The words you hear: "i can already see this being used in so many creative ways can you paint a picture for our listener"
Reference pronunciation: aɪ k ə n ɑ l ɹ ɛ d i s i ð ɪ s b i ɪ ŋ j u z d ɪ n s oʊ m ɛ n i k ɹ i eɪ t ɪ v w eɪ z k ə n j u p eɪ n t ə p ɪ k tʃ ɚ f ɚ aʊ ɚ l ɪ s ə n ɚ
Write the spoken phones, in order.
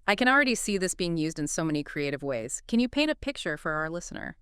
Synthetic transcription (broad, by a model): aɪ k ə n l ɹ ɛ d i s i ð ɪ s b i ɪ ŋ j u z d ɪ n s oʊ m ɛ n i k ɹ i eɪ t ɪ v w eɪ z k ə n j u p eɪ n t ə p ɪ k tʃ ɚ f ɚ aʊ ɚ l ɪ s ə n ɚ